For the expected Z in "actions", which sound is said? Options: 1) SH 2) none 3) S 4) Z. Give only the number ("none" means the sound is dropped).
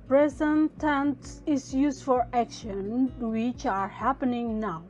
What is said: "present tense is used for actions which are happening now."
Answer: 2